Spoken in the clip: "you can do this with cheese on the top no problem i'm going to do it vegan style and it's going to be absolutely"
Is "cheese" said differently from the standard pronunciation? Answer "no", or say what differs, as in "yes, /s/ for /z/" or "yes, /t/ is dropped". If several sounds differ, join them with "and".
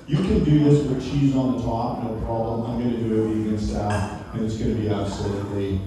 no